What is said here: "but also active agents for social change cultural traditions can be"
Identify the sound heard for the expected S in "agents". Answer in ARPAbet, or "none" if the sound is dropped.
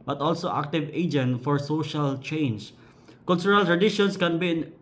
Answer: none